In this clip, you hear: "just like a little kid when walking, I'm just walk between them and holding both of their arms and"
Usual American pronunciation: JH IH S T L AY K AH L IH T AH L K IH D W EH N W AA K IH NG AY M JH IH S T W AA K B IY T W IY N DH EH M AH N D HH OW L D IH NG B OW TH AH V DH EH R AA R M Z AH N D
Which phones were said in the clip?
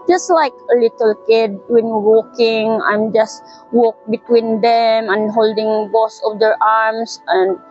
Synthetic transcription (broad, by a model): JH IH S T L AY K AH L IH T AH L K IH D W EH N W AA K IH NG AY M JH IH S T W AA K B IY T W IY N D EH M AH N HH OW L D IH NG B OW S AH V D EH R AA R M S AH N